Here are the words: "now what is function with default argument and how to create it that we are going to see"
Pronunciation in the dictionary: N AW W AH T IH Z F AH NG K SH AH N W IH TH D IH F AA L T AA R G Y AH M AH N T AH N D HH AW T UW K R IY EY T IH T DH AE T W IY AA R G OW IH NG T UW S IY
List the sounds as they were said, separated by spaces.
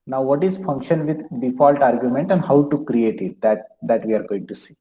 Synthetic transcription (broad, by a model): N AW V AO T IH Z F AH NG K SH AH N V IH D D IH F AA L T AA R G Y AH M AH N T AH N D HH AW T UW K R IY EY T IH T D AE T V IY AA R G OW IH NG T UW S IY